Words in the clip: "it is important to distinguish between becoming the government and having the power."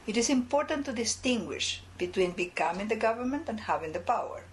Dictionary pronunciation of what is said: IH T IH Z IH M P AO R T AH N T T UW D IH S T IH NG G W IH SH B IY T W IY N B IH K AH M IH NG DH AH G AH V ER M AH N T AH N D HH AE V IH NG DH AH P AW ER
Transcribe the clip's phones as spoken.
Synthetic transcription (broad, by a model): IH T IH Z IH M P AO R T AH N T T UW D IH S T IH NG G W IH SH B IY T W IY N B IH K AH M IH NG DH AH G AH V ER M AH N T AH N D HH AE V IH NG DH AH P AW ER